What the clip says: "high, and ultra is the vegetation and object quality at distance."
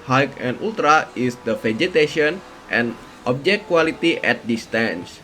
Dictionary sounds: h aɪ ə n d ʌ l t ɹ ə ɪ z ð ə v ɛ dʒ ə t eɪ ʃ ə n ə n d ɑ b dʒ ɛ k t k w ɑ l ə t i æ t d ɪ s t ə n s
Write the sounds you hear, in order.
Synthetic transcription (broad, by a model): h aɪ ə n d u l t ɹ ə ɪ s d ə f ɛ dʒ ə t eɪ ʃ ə n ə n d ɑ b dʒ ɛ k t k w ɑ l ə t i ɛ t d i s t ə n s